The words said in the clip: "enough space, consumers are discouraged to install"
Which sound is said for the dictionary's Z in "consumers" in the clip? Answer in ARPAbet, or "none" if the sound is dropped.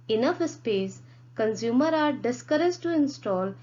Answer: none